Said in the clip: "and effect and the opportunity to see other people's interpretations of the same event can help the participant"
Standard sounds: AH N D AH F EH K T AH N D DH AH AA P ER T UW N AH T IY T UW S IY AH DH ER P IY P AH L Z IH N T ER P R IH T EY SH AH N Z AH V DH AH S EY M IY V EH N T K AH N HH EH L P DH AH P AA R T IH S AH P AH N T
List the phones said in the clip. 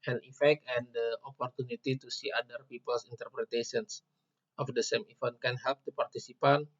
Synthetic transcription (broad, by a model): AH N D AH F EH K T AH N D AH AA P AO T UW N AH T IY T UW S IY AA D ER P IY P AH L S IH N T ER P R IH T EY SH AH N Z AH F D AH S EY M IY F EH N K AH N HH EH L P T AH P AA R T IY S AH P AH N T